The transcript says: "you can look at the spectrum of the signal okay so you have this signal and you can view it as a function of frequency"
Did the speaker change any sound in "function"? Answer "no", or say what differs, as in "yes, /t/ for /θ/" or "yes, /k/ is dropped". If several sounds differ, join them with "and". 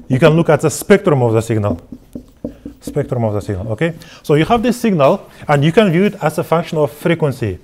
no